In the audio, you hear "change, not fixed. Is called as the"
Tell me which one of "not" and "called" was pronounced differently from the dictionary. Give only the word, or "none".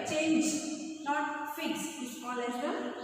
called